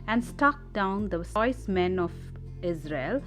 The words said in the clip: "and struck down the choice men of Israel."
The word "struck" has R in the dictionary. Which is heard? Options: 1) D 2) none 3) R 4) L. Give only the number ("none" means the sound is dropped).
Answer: 2